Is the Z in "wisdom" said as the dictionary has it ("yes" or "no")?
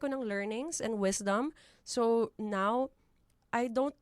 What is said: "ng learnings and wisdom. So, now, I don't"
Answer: no